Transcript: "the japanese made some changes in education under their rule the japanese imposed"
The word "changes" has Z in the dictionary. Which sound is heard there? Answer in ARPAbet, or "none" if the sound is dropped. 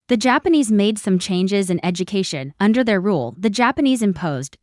Z